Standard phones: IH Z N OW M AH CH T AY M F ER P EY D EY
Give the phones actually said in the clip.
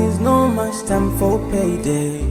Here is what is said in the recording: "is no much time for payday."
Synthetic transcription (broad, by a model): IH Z N OW M AH CH T AY M F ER P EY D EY